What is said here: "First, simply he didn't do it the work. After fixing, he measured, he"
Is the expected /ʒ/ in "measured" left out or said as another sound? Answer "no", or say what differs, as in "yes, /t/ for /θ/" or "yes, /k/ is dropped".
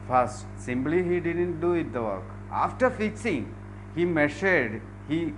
yes, /ʃ/ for /ʒ/